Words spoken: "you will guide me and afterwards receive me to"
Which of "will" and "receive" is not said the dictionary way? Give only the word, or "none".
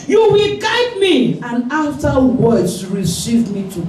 none